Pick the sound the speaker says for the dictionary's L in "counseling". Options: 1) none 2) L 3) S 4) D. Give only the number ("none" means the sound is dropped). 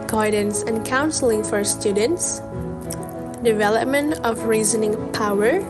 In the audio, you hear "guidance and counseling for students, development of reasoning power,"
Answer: 2